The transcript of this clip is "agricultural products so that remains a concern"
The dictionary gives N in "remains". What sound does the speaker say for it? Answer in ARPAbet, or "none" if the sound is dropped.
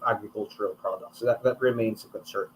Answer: N